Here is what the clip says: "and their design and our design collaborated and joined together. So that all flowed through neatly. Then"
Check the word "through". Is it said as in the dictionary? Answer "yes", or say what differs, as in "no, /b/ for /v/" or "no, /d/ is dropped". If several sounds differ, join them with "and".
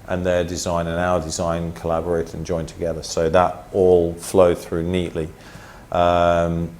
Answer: yes